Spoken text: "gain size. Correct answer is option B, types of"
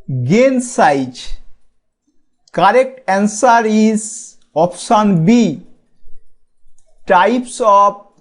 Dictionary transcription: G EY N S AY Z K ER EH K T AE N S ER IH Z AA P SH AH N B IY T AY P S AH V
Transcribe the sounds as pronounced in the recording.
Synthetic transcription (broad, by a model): G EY N S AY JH K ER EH K T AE N S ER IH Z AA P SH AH N B IY T AY P S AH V